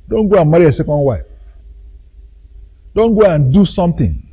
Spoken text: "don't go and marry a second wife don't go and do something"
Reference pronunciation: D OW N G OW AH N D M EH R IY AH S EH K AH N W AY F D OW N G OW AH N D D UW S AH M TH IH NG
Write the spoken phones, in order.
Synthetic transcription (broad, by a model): D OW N G OW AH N M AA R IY AH S EH K AH N W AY P D OW N G OW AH N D D UW S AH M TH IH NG